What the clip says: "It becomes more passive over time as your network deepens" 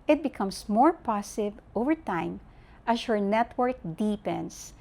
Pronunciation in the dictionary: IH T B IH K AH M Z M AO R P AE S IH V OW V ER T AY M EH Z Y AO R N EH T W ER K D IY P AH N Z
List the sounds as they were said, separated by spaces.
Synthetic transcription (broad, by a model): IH T B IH K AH M S M AO R P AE S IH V OW V ER T AY M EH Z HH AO R N EH T W ER K D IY P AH N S